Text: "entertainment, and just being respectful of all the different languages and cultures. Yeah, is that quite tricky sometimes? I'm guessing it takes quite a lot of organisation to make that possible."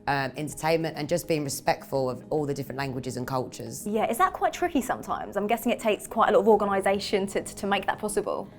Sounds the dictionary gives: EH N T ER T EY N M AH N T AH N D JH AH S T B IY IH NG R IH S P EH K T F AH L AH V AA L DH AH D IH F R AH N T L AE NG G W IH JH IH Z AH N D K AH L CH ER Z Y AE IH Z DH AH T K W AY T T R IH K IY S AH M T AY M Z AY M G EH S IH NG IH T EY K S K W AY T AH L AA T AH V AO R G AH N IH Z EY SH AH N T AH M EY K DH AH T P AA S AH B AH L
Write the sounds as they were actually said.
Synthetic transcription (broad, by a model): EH N T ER T EY N M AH N T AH N JH AH S B IY IH NG R IH S P EH K T F AH L AH V AA L DH AH D IH F R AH N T L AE NG G W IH JH IH Z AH N K AH L CH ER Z Y AE IH Z DH AH T K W AY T T R IH K IY S AH M T AY M Z AY M G EH S IH NG IH T EY K S K W AY T AH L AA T AH V AO G AH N IH Z EY SH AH N T AH M EY K DH AH T P AA S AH B AH L